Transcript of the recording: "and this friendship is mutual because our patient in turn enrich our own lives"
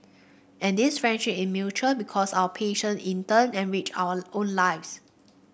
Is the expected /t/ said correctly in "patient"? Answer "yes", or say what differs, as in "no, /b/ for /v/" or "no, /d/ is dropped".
no, /t/ is dropped